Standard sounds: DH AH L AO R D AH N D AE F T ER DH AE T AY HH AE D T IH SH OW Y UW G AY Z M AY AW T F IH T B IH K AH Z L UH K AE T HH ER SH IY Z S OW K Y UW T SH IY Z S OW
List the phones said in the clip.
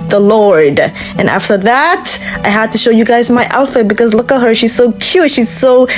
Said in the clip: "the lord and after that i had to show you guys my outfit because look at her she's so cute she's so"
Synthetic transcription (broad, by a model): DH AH L AO R D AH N AE F T ER DH AE T AY HH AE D T IH SH OW Y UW G AY Z M AY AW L F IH B IH K AH Z L UH K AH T HH ER SH IY Z S OW K Y UW T SH IY Z S OW